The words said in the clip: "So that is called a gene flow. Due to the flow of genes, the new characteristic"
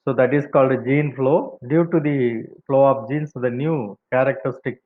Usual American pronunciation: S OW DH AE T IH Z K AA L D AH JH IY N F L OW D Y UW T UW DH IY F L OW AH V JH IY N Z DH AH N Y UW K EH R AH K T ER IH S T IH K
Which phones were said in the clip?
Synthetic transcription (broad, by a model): S OW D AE T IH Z K AA L D JH IY N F L OW D Y UW T UW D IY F L OW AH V JH IY N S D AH N Y UW K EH R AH K T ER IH S T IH K